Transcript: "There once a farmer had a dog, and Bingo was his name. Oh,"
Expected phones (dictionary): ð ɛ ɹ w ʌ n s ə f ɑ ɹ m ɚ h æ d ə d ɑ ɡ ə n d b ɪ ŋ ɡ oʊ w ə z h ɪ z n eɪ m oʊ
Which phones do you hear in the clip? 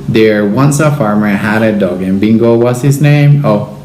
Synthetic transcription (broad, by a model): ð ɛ ɹ w ʌ n s ə f ɑ ɹ m ɚ h æ d ə d ɑ ɡ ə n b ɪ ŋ ɡ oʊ w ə s h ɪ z n eɪ m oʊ